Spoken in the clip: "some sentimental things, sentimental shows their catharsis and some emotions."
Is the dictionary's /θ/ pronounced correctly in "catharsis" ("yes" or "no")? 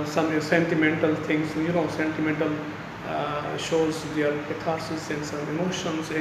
no